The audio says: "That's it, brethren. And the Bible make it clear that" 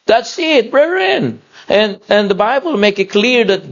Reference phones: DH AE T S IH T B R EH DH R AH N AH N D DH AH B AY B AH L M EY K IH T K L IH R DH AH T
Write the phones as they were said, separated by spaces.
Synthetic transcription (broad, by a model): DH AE T S IH T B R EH R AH N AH N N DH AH B AY B AH L M EY K IH T K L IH R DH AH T